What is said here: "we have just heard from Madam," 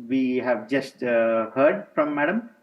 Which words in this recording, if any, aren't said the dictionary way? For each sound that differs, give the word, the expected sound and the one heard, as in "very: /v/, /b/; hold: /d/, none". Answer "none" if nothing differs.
none